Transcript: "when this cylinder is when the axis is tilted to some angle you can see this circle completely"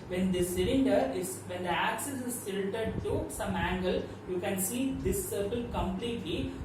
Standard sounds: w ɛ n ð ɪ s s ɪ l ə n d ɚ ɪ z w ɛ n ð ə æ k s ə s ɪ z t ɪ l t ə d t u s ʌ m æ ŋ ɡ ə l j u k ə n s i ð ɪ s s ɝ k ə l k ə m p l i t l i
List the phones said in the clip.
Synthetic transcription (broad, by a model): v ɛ n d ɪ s s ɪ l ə n d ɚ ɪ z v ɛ n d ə æ k s ə s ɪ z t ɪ n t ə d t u s ʌ m æ ŋ ɡ ə l j u k ə n s i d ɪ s s ɝ k ə l k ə m p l i t l i